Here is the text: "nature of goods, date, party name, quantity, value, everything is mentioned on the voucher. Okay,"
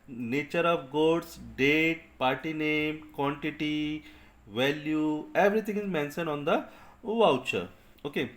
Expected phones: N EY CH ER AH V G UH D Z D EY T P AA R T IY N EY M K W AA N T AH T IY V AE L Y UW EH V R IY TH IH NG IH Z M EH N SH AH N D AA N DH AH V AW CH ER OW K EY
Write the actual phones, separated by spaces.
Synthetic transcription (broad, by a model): N EY CH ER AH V G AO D S D EY T P AA R T IY N EY M K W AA N T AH T IY V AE L Y UW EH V R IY T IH NG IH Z M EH N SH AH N AA N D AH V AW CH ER OW K EY